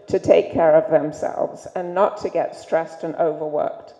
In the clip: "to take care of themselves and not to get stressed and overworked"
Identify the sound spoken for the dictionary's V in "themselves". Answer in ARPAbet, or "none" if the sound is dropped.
V